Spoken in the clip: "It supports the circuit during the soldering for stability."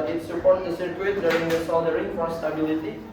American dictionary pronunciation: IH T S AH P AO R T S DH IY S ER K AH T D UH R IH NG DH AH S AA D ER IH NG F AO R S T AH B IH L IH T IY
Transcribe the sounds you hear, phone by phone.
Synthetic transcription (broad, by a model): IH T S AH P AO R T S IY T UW AH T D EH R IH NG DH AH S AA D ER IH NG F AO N S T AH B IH L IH T IY